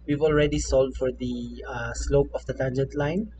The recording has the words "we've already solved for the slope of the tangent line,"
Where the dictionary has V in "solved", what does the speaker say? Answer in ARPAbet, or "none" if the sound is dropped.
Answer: none